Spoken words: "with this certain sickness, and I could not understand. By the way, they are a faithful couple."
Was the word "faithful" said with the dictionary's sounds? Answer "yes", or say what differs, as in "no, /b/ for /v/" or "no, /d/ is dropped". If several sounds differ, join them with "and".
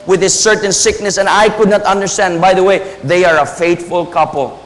no, /t/ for /θ/